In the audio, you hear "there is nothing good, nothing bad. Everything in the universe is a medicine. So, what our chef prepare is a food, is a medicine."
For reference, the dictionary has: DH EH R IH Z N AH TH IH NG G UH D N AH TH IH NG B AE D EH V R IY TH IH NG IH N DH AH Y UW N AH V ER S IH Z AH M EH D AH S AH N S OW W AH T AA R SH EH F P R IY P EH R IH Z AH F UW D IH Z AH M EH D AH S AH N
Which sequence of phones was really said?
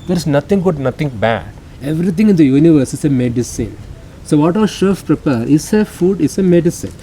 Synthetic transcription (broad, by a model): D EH R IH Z N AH T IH NG G UH D N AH T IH NG B AE D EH V R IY T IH NG IH N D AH Y UW N AH V ER S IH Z AH M EH D AH S AH N S OW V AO T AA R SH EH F P R IY P EH R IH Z AH F UW D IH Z AH M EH D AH S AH N